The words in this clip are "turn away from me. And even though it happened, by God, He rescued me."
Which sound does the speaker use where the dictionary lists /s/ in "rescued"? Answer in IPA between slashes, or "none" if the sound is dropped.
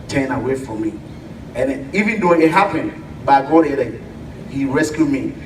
/s/